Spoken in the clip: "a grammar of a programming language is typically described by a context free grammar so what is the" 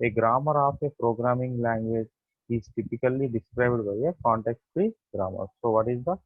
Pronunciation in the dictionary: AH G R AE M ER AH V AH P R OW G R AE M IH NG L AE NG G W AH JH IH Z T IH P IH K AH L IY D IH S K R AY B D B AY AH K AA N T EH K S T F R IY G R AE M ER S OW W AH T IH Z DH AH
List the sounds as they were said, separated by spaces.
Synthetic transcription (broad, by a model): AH G R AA M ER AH P AH P R OW G R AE M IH NG L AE NG G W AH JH IH Z T IH P IH K AH L IY D IH S K R AY B D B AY AH K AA N T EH K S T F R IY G R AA M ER S OW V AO T IH Z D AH